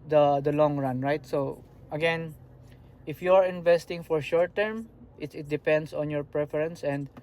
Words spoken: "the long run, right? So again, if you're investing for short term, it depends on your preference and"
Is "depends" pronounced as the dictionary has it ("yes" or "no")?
no